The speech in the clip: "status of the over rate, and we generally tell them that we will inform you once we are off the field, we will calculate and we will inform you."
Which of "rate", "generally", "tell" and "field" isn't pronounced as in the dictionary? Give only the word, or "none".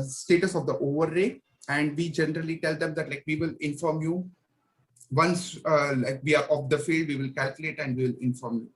rate